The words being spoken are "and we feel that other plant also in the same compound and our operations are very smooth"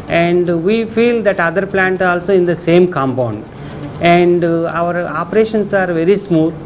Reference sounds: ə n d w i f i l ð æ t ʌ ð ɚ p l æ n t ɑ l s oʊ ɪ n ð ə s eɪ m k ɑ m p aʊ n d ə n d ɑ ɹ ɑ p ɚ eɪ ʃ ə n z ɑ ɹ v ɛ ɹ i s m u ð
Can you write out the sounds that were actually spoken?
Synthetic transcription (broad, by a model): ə n d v i f i l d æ t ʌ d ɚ p l æ n t ɑ l s oʊ ɪ n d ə s eɪ m k ɑ m p aʊ n d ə n d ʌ ɹ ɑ p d eɪ ʃ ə n s ɑ ɹ v ɛ ɹ i s m u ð